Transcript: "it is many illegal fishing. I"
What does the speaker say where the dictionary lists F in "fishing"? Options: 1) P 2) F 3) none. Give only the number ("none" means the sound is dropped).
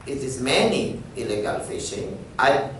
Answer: 2